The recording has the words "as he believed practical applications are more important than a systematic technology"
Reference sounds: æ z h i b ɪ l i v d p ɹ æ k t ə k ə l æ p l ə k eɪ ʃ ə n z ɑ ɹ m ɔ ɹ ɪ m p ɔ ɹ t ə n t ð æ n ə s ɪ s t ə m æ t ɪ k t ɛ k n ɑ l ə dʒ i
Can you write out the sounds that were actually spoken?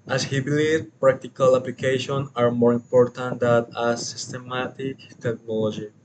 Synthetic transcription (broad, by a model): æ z h i b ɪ l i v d p ɹ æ k t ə k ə l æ p l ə k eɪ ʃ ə n ɑ ɹ m ɔ ɹ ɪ m p ɔ ɹ t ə n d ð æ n ə s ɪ s t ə m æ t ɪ k t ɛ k n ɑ l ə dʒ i